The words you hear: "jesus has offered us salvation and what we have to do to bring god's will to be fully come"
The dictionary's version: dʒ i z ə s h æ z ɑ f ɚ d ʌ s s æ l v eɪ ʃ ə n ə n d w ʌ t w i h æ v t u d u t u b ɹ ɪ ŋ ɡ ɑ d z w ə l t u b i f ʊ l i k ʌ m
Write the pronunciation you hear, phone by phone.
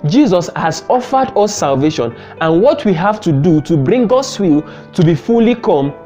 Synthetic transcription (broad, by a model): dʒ i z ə s h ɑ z ɑ f ɚ d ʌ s s æ l v eɪ ʃ ə n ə n w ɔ t w i h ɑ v t u d u t u b ɹ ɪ ŋ ɡ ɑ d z w ə l t u b i f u l i k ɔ m